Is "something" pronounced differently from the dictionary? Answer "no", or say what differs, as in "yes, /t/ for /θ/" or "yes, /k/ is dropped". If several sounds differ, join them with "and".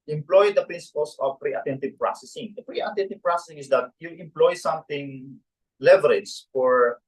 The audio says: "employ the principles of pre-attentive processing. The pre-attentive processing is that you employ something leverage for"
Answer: yes, /t/ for /θ/